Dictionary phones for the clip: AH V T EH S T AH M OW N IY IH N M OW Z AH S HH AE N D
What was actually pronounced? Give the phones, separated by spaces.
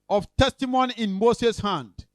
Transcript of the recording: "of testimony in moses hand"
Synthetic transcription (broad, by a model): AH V T EH S T AH M OW N IY IH N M OW S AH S HH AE N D